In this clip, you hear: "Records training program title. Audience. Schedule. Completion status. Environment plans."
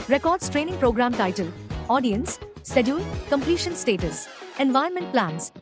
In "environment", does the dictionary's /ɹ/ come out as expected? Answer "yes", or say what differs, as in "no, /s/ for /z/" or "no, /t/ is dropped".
no, /ɹ/ is dropped